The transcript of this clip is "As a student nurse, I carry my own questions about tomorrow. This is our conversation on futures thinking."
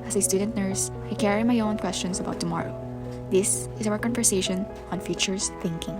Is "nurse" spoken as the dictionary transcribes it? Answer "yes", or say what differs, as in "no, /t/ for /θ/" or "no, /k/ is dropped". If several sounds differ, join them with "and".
yes